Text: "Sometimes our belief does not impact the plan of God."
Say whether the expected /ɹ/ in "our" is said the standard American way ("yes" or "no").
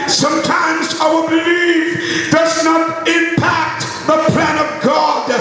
no